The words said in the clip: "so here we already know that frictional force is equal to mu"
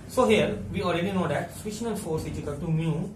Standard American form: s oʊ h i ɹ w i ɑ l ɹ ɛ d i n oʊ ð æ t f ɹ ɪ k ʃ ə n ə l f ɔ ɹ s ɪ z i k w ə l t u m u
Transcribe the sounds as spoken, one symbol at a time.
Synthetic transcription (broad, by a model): s oʊ h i ɹ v i ɑ l ɹ ɛ d i n oʊ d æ t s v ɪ ʃ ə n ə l f ɔ ɹ s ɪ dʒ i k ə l t u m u